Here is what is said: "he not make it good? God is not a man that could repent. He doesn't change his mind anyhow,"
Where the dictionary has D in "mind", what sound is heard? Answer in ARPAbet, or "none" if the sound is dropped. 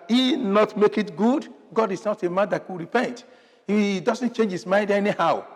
D